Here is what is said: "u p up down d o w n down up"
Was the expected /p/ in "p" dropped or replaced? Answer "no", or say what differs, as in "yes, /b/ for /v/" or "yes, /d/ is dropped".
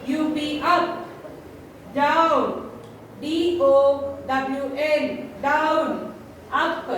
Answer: yes, /b/ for /p/